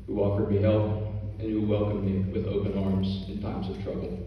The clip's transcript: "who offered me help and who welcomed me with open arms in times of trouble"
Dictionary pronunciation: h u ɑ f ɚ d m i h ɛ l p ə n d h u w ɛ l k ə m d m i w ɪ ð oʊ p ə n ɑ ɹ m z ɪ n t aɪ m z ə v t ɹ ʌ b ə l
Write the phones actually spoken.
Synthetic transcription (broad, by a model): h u ɑ f ɚ d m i h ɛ l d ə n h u w ɛ l k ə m m i w ɪ ð oʊ p ə n ɑ ɹ m z ɪ n t aɪ m z ə v t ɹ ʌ b l